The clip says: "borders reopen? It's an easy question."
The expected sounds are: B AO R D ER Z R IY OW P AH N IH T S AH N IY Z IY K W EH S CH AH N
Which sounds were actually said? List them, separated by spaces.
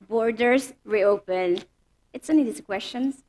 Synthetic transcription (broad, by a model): B AO R D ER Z R IY OW P AH N IH T S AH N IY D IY K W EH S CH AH N